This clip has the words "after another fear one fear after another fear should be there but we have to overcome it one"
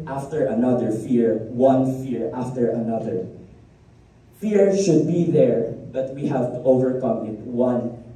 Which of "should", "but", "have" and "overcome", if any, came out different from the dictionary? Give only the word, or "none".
none